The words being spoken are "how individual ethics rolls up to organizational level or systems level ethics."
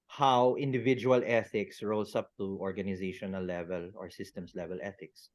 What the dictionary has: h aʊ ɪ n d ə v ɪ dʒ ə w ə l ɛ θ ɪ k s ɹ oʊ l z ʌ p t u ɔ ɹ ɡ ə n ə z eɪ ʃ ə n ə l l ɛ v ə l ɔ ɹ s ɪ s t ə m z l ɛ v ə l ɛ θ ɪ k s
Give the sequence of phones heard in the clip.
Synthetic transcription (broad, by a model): h aʊ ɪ n d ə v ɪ dʒ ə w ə l ɛ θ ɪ k s ɹ oʊ l s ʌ p t u ɔ ɹ ɡ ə n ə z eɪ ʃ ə n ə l l ɛ v ə l ɔ ɹ s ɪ s t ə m s l ɛ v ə l ɛ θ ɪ k s